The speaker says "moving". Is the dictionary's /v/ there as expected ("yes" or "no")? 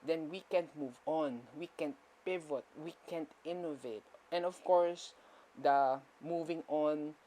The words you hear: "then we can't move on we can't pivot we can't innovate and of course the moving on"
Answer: yes